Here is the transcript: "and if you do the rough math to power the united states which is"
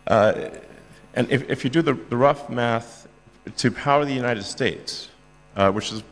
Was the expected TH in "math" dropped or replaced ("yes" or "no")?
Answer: no